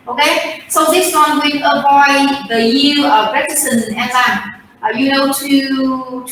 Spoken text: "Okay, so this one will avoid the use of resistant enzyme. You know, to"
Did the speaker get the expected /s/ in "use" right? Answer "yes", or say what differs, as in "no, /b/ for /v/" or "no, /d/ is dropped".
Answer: no, /s/ is dropped